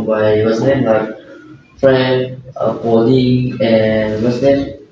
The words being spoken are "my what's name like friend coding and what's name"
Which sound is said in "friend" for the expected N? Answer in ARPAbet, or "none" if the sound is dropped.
none